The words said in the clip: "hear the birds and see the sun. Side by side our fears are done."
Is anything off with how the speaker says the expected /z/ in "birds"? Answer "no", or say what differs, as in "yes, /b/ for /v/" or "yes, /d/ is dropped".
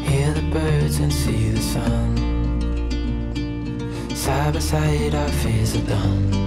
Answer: no